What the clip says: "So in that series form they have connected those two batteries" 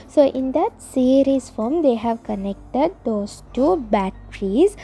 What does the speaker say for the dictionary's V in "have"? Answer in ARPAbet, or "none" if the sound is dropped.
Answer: V